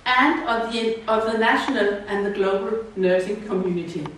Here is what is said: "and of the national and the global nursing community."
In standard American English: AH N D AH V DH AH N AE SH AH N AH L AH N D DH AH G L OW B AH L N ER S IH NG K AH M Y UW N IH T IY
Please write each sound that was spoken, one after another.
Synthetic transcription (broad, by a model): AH N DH AH V DH AH N AE SH AH N AH L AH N DH AH G L OW B AH L N ER IH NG K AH M Y UW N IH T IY